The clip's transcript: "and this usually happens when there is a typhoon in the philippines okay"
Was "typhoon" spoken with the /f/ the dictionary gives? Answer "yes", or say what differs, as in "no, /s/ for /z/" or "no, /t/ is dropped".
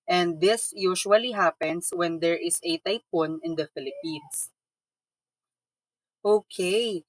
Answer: no, /p/ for /f/